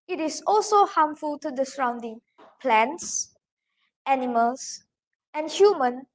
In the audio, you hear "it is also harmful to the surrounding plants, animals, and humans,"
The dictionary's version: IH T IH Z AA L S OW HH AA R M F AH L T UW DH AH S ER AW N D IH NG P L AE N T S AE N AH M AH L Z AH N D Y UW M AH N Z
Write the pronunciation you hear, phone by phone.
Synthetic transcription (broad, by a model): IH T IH S AA L S OW HH AA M F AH L T UW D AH S ER AW N D IH NG P L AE N T S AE N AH M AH L S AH N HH Y UW M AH N